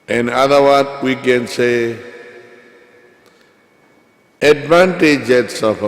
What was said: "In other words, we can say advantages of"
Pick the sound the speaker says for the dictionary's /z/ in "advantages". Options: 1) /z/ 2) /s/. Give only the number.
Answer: 2